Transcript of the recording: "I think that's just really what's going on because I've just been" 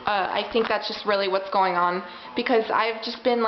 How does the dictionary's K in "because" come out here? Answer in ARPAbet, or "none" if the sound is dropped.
K